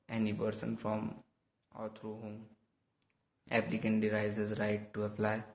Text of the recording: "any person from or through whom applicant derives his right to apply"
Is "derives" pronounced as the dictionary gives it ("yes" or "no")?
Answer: no